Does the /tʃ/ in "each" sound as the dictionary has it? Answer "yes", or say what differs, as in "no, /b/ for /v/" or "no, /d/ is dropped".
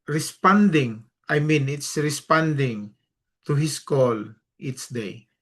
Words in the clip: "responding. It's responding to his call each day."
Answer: no, /s/ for /tʃ/